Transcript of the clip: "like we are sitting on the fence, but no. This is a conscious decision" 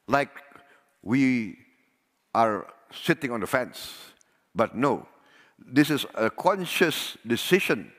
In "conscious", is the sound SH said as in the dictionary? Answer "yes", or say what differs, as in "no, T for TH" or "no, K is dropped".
yes